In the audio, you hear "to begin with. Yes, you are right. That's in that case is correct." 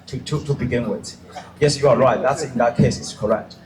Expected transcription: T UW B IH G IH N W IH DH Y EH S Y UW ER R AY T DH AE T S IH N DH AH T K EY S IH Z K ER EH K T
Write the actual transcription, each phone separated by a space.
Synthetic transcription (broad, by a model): T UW B IH G IH N W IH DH Y EH S Y UW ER R AY T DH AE T S IH N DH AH T K EY S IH S K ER EH K T